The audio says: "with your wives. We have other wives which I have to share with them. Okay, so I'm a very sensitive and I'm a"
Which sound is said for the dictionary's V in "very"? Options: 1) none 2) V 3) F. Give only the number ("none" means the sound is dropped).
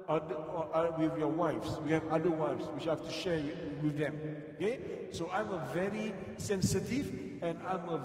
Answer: 2